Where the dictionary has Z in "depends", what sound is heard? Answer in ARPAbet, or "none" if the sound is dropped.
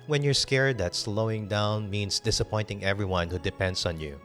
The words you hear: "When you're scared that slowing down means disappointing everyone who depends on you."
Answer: S